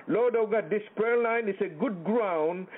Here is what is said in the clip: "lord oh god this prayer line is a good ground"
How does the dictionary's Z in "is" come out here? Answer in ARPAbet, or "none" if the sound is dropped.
S